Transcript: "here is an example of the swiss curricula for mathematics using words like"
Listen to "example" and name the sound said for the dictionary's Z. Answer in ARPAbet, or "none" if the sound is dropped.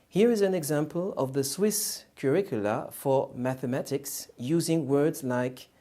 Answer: Z